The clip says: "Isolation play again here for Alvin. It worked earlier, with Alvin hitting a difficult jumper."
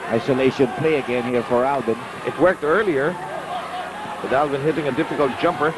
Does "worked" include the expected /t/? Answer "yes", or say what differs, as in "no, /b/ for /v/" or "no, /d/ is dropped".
yes